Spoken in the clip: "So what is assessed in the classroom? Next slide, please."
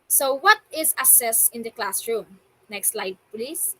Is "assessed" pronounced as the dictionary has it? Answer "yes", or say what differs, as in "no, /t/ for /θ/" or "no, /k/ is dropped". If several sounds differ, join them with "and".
no, /t/ is dropped